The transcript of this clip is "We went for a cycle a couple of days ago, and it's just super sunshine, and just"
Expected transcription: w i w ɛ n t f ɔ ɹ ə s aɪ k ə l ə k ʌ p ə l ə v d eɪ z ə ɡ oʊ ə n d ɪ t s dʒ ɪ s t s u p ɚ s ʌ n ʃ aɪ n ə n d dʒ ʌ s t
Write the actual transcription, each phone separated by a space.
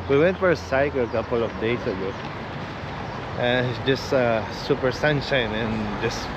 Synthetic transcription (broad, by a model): w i w ɛ n t f ɔ ɹ ə s aɪ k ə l ə k ʌ p ə l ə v d eɪ s ə ɡ oʊ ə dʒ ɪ s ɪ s s u p ɚ s ʌ n ʃ aɪ n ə n dʒ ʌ s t